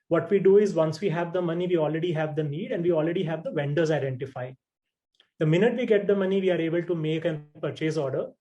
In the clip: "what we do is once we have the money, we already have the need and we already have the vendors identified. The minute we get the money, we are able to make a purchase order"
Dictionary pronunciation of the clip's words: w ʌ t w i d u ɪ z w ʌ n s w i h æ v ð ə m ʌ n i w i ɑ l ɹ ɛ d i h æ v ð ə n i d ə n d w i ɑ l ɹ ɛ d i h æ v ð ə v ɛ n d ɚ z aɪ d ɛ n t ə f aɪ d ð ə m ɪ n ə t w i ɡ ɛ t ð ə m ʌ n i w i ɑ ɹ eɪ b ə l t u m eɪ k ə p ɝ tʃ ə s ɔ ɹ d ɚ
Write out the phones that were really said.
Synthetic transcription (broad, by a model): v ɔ t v i d u ɪ z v ʌ n s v i h æ v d ə m ʌ n i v i ɑ l ɹ ɛ d i h æ v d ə n i d ə n d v i ɑ l ɹ ɛ d i h æ v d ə v ɛ n d ɚ z aɪ d ɛ n t ə f aɪ d ə m ɪ n ə t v i ɡ ɛ t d ə m ʌ n i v i ɑ ɹ eɪ b ə l t u m eɪ k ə p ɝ tʃ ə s ɔ ɹ d ɚ